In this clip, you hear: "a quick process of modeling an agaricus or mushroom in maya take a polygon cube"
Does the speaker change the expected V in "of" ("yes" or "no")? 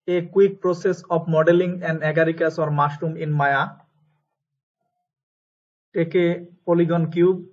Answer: yes